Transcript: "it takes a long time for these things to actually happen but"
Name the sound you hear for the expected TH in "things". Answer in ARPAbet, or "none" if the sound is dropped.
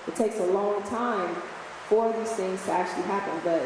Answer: TH